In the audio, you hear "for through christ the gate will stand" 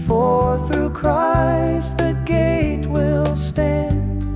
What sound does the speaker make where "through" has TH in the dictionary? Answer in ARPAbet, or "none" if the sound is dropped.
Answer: TH